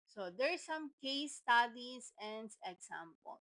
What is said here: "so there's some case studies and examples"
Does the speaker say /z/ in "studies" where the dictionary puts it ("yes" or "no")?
no